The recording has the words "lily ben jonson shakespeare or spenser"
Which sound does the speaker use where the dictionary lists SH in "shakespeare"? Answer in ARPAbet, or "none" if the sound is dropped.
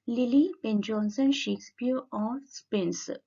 SH